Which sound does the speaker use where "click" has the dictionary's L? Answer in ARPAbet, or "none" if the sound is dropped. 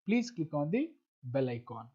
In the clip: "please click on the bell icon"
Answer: none